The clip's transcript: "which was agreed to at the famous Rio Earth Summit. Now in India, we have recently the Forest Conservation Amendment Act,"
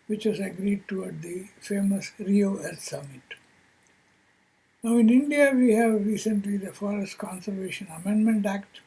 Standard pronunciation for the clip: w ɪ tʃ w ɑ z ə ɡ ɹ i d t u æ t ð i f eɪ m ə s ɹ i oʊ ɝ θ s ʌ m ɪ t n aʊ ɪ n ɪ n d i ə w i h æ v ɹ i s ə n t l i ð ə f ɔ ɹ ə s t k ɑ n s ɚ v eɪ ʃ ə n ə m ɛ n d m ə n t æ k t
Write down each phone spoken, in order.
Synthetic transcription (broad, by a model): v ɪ tʃ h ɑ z ə ɡ ɹ i d t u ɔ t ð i f eɪ m ə s ɹ i oʊ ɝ t s ʌ m ɪ t n aʊ ɪ n ɪ n d i ə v i h æ v ɹ i s ə n t l i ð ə f ɔ ɹ ə s t k ɑ n s ɚ v eɪ ʃ ə n ə m ɛ n d m ə n t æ k t